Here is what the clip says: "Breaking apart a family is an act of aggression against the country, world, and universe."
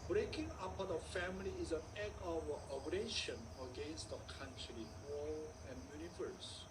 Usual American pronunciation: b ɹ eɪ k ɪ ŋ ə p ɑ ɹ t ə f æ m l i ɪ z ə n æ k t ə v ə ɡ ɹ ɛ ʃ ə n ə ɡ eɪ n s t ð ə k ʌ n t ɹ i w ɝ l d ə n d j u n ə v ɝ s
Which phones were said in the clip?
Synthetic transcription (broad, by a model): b ɹ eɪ k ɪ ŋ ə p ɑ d ə f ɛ m l i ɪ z ə n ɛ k ə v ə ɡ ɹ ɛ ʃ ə n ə ɡ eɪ n s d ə k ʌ n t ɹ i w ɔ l ə n j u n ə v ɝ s